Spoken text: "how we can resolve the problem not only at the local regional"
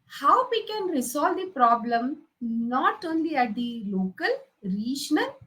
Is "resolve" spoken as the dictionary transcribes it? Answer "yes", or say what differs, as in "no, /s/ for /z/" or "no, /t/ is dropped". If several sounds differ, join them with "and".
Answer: no, /s/ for /z/